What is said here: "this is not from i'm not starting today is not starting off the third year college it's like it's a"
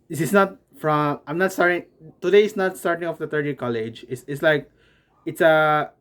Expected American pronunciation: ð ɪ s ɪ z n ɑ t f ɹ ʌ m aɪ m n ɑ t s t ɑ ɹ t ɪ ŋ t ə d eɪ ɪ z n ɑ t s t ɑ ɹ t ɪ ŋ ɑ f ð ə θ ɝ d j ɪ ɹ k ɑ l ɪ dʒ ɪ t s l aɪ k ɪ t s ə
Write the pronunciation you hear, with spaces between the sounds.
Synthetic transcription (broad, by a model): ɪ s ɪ s n ɑ t f ɹ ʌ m aɪ m n ɑ t s t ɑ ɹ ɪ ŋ t ə d eɪ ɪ s n ɑ t s t ɑ ɹ t ɪ ŋ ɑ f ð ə t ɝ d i k ɑ l ɪ dʒ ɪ t s l aɪ k ɪ t s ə